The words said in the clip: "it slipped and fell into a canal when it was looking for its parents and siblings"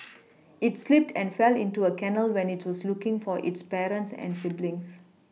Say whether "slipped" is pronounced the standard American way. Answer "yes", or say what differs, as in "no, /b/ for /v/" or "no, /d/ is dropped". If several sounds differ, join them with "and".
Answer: yes